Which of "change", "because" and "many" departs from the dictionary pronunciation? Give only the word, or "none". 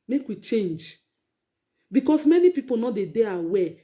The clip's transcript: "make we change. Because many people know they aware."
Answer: because